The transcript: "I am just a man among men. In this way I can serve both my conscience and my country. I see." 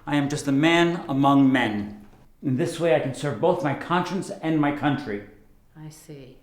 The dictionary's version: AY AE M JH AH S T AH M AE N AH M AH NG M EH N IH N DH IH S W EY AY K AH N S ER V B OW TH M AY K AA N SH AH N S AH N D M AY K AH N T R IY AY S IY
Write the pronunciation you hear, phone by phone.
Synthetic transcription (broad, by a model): AY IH M JH AH S T AH M AE N AH M AH NG M EH N IH N DH IH S W EY AY K AH N S ER V B OW TH M AY K AA N SH AH N S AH N M AY K AH N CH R IY AY S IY